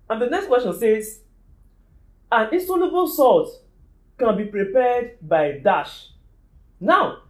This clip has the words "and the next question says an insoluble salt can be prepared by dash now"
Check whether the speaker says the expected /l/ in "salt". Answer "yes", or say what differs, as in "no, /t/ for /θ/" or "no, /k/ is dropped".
no, /l/ is dropped